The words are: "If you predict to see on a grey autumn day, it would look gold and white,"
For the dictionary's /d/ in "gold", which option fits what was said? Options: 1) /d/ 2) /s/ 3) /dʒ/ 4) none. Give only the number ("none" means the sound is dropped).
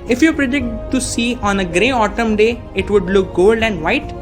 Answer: 1